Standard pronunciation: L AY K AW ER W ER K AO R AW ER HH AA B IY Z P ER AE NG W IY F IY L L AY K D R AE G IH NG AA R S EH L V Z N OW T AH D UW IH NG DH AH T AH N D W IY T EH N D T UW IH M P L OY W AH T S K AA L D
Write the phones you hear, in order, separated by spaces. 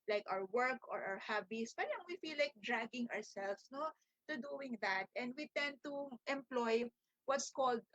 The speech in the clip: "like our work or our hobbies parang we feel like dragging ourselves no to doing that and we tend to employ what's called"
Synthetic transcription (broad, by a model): L AY K AW ER W ER K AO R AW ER HH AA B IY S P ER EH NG W IY F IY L L AY K D R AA G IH NG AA R S EH L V S N OW T AH D UW IH NG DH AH T AH N D W IY T EH N D T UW IH M P L OY W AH T S K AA L D